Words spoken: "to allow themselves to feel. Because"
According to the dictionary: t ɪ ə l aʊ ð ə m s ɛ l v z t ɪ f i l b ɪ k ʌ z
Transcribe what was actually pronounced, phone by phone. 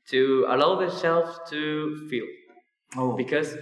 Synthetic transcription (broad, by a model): t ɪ ə l aʊ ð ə s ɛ l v t ɪ f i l b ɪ k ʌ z